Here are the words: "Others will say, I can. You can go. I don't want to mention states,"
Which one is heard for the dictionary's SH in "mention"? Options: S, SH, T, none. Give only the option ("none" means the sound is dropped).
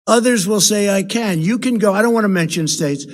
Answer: SH